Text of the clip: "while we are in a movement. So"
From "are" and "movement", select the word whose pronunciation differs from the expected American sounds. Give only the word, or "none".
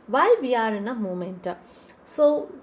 movement